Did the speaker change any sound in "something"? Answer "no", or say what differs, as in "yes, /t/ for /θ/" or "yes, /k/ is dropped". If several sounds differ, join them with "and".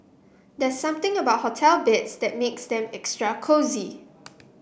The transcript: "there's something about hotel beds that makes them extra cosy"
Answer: yes, /t/ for /θ/